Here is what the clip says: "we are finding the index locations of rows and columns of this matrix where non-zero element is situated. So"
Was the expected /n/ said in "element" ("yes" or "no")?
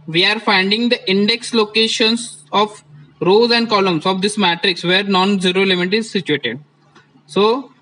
no